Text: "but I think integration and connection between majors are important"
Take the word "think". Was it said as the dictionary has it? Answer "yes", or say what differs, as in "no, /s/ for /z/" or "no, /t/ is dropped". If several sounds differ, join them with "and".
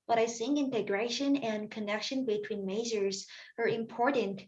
no, /s/ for /θ/ and /k/ is dropped